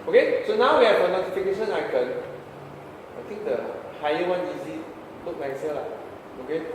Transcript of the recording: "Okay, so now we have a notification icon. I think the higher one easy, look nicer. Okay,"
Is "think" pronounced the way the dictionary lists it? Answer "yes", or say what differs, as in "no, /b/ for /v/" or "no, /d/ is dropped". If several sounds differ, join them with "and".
no, /t/ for /θ/